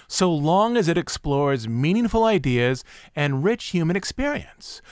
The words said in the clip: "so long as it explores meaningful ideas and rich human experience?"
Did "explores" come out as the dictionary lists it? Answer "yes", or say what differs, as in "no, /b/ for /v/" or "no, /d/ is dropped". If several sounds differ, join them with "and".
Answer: yes